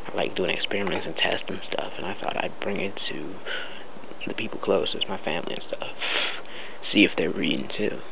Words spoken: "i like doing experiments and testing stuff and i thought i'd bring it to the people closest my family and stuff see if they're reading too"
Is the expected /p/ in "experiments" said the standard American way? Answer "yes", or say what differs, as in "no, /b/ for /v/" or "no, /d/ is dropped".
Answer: yes